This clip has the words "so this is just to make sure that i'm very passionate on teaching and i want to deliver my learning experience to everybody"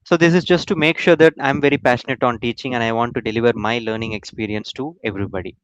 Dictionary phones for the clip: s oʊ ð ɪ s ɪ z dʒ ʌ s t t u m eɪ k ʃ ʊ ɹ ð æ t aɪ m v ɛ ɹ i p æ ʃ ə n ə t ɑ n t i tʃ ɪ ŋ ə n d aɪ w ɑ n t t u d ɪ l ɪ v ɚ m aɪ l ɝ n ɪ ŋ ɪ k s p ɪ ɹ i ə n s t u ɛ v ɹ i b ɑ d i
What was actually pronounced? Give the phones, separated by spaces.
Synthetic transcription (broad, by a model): s oʊ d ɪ s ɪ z dʒ ʌ s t t u m eɪ k ʃ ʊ ɹ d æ t aɪ m v ɛ ɹ i p æ ʃ ə n ə t ɑ n t i tʃ ɪ ŋ ə n d aɪ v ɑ n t t u d ɪ l ɪ v ɚ m aɪ l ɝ n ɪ ŋ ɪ k s p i ɹ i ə n s t u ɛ v ɹ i b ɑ d i